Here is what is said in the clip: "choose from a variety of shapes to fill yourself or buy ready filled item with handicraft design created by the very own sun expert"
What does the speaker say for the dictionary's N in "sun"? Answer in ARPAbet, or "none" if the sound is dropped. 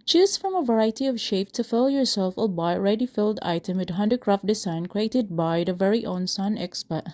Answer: N